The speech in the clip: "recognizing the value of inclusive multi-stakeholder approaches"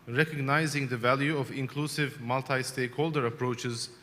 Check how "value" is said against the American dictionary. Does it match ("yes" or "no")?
yes